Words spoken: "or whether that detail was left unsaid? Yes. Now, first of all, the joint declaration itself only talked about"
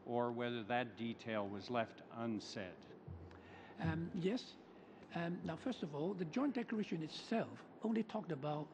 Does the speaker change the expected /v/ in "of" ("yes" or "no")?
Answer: no